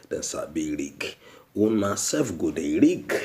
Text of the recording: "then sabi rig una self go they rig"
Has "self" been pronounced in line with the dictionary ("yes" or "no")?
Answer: no